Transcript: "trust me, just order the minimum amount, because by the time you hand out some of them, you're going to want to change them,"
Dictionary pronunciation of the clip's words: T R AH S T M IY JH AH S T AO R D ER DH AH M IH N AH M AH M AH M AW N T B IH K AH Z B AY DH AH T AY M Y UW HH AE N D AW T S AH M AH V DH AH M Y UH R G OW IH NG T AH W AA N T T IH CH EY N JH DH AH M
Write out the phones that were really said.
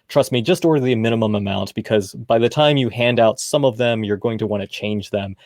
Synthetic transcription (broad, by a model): T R AH S T M IY JH AH S T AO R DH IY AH M IH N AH M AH M AH M AW N T B IH K AH Z B AY DH AH T AY M Y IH HH AE N D AW T S AH M AH V DH AH M Y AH R G OW IH NG T AH W AA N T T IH CH EY N JH DH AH M